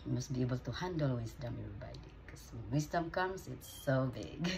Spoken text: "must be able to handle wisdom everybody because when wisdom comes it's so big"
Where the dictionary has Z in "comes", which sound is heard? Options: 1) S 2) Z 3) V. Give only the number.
1